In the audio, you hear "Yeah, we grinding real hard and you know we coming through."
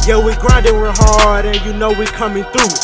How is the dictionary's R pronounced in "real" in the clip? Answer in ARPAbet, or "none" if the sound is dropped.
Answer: W